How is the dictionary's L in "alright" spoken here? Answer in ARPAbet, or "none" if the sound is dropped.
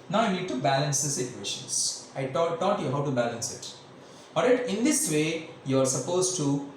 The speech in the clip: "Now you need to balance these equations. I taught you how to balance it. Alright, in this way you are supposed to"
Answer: none